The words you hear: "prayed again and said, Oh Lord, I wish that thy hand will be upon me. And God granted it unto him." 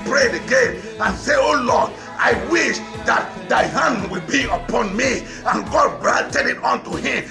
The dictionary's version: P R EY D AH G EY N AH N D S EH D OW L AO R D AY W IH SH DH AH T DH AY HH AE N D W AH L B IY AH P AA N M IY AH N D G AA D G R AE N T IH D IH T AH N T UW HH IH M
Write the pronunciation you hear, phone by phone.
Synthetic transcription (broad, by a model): P R EY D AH G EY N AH N S EH OW L AO D AY W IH SH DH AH T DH AY HH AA N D W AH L B IY AH P AA N M IY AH N G AA D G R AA N T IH D IH T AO N T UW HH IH M